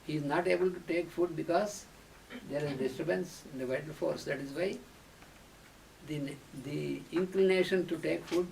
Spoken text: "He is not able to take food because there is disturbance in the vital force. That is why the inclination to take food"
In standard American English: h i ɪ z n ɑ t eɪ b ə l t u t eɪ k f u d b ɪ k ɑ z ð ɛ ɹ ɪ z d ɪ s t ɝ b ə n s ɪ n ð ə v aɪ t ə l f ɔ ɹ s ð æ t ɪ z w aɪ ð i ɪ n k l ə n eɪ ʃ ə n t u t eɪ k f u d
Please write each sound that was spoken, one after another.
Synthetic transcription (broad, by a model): h i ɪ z n ɑ t eɪ b ə l t u t eɪ k f u d b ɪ k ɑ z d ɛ ɹ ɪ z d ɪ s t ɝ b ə n s ɪ n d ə v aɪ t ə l f ɔ ɹ s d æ t ɪ z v aɪ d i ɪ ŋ k l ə n eɪ ʃ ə n t u t eɪ k f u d